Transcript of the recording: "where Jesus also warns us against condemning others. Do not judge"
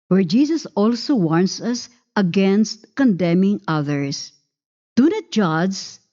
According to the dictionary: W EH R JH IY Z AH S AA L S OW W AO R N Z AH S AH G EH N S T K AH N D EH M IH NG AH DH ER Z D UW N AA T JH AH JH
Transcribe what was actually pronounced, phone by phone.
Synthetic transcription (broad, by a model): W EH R JH IY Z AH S AA L S OW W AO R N S AH S AH G EH N S T K AH N D EH M IH NG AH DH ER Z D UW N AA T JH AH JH